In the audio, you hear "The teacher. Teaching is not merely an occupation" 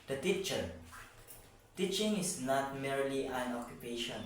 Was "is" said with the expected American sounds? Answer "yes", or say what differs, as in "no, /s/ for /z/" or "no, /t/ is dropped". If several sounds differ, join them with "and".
no, /s/ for /z/